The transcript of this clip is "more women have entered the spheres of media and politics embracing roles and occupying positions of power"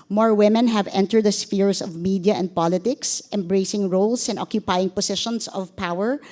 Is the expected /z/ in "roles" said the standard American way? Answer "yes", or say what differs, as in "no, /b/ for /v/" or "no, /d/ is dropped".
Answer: no, /s/ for /z/